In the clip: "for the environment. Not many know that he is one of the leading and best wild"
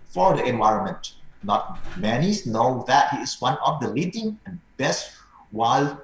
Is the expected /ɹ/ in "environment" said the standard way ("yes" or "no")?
yes